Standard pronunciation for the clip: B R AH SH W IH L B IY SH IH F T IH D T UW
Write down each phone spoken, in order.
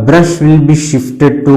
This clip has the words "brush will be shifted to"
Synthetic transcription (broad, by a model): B R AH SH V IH L B IY SH IH F T IH D T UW